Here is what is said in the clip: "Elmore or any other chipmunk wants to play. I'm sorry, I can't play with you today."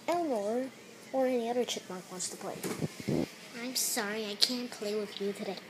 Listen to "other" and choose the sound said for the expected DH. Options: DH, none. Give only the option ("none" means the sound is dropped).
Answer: DH